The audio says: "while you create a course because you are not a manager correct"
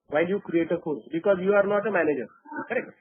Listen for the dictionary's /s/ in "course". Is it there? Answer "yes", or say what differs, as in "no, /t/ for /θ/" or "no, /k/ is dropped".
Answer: no, /s/ is dropped